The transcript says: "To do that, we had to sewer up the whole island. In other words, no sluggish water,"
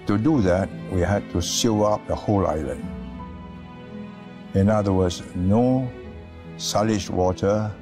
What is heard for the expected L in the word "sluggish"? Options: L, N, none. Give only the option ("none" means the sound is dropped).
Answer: none